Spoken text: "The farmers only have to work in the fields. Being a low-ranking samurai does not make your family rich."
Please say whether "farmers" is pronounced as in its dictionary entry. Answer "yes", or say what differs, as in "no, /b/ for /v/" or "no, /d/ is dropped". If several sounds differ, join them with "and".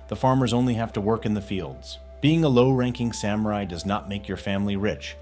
yes